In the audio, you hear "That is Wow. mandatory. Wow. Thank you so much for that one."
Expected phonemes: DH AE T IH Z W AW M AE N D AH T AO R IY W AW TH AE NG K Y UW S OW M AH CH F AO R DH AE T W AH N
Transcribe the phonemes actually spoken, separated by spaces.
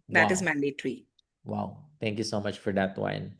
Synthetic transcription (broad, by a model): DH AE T IH Z M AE N D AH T R IY W AW T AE NG K Y UW S OW M AH CH F AO R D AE T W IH N